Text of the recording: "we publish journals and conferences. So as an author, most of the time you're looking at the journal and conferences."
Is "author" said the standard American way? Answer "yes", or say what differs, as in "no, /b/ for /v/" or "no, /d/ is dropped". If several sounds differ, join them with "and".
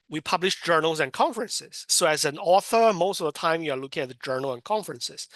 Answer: yes